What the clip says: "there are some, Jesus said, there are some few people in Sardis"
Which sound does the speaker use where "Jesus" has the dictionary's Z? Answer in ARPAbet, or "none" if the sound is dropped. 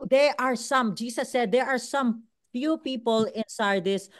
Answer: S